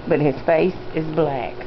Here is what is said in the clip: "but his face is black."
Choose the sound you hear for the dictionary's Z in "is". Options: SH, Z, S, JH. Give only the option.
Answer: Z